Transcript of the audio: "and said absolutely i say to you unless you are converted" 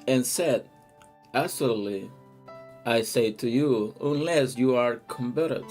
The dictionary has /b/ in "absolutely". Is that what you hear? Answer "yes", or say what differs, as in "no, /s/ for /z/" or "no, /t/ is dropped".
no, /b/ is dropped